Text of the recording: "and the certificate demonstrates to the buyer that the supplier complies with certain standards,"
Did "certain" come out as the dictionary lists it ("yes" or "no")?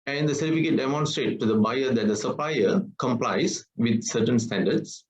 yes